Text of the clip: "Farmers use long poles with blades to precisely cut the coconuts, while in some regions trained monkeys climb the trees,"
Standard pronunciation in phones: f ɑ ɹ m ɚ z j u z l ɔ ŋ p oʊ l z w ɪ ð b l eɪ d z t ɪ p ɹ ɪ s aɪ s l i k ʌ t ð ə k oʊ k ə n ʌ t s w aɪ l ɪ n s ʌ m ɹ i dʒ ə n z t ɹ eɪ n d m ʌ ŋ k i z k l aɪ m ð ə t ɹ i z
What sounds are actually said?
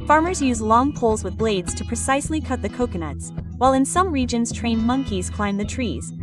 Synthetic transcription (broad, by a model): f ɑ ɹ m ɚ z j u z l ɔ ŋ p oʊ l z w ɪ ð b l eɪ d z t ɪ p ɹ ɪ s aɪ s l i k ʌ t ð ə k oʊ k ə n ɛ t s w aɪ l ɪ n s ʌ m ɹ i dʒ ə n z t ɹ eɪ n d m ʌ ŋ k i z k l aɪ m ð ə t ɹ i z